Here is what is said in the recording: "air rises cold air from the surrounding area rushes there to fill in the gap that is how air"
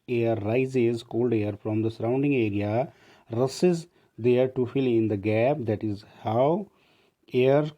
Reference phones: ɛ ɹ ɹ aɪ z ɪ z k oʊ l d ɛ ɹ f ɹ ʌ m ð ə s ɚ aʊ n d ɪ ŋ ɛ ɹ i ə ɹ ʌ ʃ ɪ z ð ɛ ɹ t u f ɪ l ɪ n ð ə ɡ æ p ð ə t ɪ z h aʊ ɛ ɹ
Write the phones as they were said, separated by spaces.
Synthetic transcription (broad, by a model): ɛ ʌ ɹ aɪ z ɪ z k oʊ l d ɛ ɹ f ɹ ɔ m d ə s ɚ aʊ n d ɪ ŋ ɛ ɹ i ə ɹ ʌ s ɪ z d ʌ ɹ t u f ɪ l ɪ n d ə ɡ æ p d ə t ɪ z h aʊ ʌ ɹ